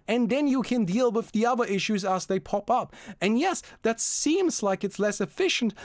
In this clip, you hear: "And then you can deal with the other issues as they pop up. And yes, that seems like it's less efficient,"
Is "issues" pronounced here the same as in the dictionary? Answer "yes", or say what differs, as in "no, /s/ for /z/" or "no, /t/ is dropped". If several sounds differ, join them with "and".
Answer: yes